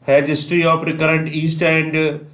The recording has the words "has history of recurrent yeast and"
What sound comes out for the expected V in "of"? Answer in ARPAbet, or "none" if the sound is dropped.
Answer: P